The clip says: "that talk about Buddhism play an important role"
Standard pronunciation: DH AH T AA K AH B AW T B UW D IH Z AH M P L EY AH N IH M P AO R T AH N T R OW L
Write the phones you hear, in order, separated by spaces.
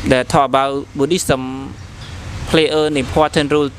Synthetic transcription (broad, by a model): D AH T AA AH B AW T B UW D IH S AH M P L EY AH N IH M P AO T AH N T R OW L